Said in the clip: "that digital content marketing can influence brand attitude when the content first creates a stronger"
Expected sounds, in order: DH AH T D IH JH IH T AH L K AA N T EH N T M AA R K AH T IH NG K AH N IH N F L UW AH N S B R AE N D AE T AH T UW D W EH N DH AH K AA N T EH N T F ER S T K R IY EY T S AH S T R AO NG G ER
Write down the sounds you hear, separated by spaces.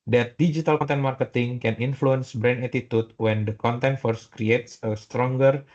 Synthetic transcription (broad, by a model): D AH T D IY JH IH T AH L K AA N T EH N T M AA R K AH T IH NG K AH N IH N F L UW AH N S B R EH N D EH T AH T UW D W EH N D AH K AA N T EH N T F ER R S K R IY EY T S AH S T R AO NG G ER